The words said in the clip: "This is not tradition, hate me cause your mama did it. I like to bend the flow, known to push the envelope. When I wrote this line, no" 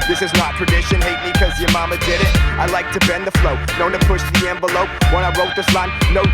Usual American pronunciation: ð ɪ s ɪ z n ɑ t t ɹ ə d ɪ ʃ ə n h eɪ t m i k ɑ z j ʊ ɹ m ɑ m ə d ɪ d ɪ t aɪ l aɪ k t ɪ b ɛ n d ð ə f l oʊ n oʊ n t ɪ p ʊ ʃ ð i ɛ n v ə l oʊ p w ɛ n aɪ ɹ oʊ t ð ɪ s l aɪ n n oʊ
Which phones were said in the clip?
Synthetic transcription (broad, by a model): ð ɪ s ɪ z n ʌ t t ɹ ə d ɪ ʃ ə n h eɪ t m i k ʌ z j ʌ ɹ m ɑ m ə d ɪ d ɪ t aɪ l aɪ k t ɪ b ɛ n ð ə f l oʊ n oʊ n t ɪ p ʊ ʃ ð i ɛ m v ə l oʊ p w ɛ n aɪ ɹ oʊ t ð ɪ s l aɪ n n oʊ